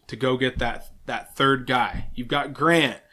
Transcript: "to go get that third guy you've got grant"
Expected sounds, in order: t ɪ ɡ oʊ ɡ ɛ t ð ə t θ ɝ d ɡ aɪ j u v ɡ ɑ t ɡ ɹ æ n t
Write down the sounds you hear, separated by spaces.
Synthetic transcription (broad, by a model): t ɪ ɡ oʊ ɡ ɛ t ð ə t θ ɝ d ɡ aɪ j u v ɡ ɑ t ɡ ɹ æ n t